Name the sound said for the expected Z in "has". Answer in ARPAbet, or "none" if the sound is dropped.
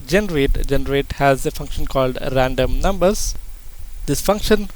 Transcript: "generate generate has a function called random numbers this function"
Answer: Z